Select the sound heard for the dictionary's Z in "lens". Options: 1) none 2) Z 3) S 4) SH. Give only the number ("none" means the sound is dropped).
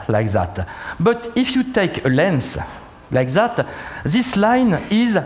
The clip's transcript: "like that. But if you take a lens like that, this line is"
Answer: 3